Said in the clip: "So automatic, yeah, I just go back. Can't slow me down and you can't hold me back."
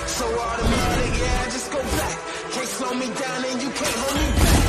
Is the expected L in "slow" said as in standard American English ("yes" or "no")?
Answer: no